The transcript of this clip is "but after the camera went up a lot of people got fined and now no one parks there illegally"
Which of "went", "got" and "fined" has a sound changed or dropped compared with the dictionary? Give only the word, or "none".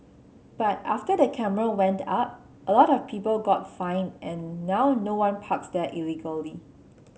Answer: fined